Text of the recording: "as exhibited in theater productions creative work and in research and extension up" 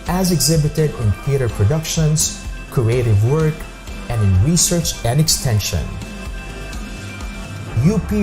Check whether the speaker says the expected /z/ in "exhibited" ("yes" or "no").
yes